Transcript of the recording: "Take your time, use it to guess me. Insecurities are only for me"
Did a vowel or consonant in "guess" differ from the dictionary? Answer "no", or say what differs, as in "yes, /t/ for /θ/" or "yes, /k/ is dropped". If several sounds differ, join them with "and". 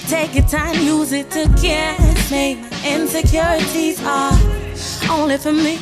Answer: yes, /s/ is dropped